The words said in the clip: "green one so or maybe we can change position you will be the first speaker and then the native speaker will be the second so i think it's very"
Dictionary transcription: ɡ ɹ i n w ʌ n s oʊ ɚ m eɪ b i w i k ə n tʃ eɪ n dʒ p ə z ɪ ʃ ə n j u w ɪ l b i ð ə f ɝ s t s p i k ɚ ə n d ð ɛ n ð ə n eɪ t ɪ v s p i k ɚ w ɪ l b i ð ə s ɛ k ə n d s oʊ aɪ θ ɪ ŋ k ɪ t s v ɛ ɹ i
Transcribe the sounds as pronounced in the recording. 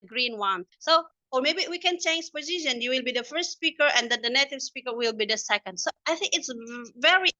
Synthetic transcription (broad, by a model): ɡ ɹ i n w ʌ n s oʊ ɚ m eɪ b i w i k ə n tʃ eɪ n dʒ p ə z ɪ ʃ ə n j u w ɪ l b i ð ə f ɝ s t s p i k ɚ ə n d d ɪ n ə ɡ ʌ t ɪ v s p i k ɚ w ɪ l b i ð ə s ɛ k ə n d s oʊ aɪ θ ɪ ŋ k ɪ t s v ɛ ɹ i